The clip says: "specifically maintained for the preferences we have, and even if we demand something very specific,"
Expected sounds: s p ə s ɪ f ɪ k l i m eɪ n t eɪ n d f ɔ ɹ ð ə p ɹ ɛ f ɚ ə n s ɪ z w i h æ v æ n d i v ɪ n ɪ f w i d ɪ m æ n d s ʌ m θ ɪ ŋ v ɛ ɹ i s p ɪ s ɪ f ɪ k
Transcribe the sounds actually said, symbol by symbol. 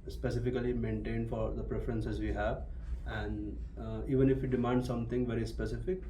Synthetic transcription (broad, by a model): s p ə s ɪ f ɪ k l i m eɪ n t eɪ n d f ɔ ɹ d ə p ɹ ɛ f ɚ ə n s ɪ z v i h æ v æ n d i v ɪ n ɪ f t d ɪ m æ n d s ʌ m t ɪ ŋ v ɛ ɹ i s p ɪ s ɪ f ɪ k